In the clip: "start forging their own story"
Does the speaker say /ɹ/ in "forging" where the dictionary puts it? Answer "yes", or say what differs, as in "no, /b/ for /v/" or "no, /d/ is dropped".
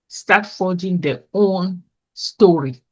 no, /l/ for /ɹ/